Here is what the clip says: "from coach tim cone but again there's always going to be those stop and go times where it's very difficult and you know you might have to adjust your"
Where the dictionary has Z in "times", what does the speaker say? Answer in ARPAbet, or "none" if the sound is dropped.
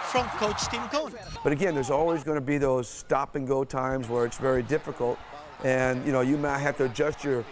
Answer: Z